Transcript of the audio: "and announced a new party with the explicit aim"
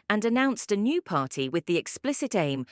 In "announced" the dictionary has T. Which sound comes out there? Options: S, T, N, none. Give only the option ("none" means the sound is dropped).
T